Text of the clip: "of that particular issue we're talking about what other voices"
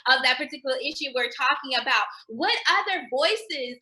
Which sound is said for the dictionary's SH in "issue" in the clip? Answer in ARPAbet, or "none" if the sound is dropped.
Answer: SH